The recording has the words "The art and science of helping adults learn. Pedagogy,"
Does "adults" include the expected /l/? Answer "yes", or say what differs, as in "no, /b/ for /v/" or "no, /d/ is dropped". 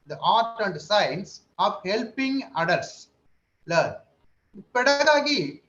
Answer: no, /l/ is dropped